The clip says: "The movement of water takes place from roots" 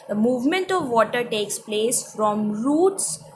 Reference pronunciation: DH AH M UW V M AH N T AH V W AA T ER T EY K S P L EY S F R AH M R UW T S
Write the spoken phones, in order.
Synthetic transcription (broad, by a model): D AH M UW V M AH N T AH V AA T ER T EY K S P L EY S F R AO M R UW T S